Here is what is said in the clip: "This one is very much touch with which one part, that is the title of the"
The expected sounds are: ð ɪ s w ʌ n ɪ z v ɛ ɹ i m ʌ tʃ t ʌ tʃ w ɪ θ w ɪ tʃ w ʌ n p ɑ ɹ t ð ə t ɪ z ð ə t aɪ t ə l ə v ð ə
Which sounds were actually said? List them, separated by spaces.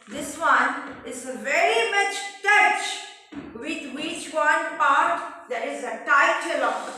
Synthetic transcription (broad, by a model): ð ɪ s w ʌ n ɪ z v ɛ ɹ i m ʌ tʃ t ʌ tʃ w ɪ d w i tʃ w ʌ n p ɑ ɹ t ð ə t ɪ z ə t aɪ t ə l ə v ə